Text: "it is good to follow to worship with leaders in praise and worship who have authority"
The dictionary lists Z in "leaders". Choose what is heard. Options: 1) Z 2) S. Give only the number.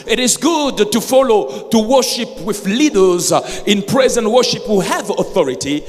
1